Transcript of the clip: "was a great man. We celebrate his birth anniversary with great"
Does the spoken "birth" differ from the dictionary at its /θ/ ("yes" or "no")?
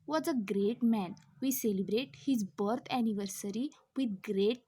yes